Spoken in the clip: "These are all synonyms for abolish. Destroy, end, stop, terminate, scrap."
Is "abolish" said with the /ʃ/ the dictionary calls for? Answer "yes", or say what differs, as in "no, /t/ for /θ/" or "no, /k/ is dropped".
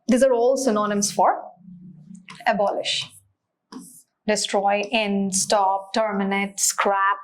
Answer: yes